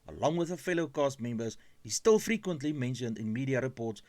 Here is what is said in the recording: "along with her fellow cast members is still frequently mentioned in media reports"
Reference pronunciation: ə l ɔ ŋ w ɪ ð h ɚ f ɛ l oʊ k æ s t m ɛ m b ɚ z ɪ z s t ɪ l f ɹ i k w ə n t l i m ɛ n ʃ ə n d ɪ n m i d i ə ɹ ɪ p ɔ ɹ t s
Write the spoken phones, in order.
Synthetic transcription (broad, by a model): ə l ɔ ŋ w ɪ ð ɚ f ɛ l oʊ k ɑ s t m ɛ m b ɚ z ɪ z s t ɪ l f ɹ i k w ə n t l i m ɛ n ʃ ə n d ɪ n m i d i ə ɹ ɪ p ɔ t s